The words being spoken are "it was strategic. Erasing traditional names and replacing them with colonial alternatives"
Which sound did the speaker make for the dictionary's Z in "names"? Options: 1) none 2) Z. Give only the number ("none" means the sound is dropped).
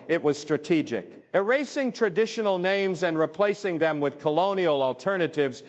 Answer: 2